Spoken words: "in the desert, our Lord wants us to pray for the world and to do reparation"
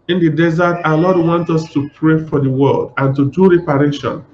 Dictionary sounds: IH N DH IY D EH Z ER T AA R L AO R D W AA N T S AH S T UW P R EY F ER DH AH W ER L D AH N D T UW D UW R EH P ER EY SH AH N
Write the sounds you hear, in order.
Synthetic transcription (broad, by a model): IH N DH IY D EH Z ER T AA L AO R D W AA N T AH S T UW P R EY F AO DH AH W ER L D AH N T UW D UW R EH P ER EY SH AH N